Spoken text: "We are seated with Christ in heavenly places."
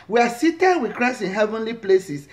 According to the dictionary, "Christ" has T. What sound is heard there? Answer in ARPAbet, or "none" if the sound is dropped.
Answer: none